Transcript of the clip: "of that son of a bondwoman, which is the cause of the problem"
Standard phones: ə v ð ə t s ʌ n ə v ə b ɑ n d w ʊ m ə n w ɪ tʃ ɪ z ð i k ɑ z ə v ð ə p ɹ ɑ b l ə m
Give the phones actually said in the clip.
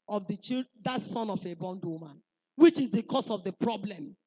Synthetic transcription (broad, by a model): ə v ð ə t s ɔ n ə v ə b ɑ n d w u m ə n w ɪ tʃ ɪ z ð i k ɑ s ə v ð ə p ɹ ɑ b l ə m